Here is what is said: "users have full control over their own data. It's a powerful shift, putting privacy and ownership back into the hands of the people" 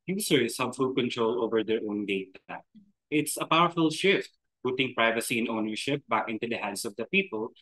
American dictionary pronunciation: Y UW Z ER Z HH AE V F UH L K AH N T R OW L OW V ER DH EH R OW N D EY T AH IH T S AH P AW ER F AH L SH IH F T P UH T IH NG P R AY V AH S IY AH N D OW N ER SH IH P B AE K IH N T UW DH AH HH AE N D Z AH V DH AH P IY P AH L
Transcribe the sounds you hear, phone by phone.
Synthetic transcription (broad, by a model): Y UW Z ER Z HH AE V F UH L K AH N T R OW L OW V ER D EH R OW N D EY T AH IH T S AH P AW ER F AH L SH IH F T P UH T IH NG P R AY V AH S IY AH N OW N ER SH IH P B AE K IH N T UW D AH HH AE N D S AH V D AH P IY P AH L